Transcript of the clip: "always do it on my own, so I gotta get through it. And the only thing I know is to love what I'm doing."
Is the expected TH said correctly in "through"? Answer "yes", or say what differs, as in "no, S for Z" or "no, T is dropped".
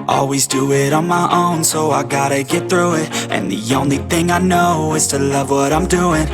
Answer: yes